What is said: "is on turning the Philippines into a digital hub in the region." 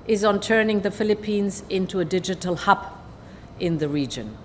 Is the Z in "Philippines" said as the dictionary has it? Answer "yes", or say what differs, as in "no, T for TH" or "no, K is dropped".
yes